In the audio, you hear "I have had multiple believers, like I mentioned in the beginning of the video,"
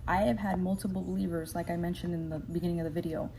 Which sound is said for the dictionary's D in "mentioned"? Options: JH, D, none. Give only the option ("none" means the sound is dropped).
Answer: D